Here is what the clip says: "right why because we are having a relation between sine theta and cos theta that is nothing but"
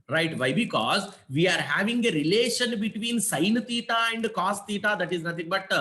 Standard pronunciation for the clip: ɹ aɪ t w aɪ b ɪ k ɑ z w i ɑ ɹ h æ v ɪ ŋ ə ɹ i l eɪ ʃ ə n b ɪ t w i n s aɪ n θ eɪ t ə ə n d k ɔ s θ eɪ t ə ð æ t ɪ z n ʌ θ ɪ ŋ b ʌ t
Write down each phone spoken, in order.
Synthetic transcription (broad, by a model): ɹ aɪ t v aɪ b ɪ k ɑ z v i ɑ ɹ h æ v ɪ ŋ ə ɹ i l eɪ ʃ ə n b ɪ t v i n s aɪ n t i t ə ə n d k ɔ s t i t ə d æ t ɪ z n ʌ t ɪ ŋ b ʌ t